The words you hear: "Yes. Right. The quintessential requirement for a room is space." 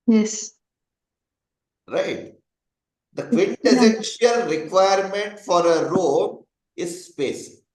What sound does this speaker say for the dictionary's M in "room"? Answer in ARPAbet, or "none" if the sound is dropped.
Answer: none